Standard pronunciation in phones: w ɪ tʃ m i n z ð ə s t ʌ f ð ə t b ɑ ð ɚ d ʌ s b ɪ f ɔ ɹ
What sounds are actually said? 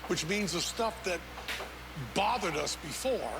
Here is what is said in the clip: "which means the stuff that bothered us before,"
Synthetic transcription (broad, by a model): w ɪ tʃ m i n z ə s t ʌ f ð ə t b ɑ ð ɚ d ʌ s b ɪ f ɔ ɹ